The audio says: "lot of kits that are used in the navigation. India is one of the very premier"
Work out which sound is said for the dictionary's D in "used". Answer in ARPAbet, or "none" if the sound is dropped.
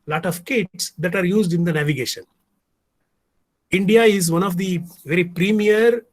D